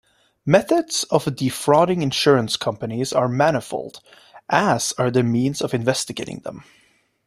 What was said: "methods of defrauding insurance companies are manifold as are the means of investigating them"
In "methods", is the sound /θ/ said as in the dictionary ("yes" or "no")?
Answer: yes